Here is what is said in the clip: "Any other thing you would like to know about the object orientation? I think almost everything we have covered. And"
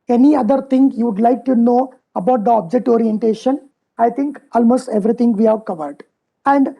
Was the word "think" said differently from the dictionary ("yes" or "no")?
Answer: yes